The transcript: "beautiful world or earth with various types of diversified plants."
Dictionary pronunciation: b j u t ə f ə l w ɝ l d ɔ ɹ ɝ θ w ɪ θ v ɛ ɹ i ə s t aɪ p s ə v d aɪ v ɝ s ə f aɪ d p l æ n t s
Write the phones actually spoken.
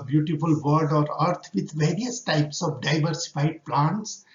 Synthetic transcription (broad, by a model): b j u t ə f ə l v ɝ d ɔ ɹ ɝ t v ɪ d v ɛ ɹ i ə s t aɪ p s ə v d aɪ v ɝ s ə f aɪ d p l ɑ n t s